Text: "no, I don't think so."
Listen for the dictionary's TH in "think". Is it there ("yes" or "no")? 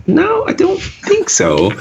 yes